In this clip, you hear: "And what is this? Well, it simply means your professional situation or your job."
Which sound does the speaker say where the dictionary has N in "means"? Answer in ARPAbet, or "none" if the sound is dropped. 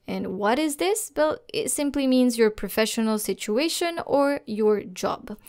N